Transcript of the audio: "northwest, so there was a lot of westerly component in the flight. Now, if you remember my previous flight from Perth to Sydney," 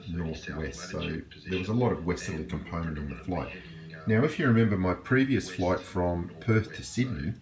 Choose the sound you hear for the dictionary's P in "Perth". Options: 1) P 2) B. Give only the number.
1